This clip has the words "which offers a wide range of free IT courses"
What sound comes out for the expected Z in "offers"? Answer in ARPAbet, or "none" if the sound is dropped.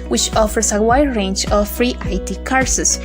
S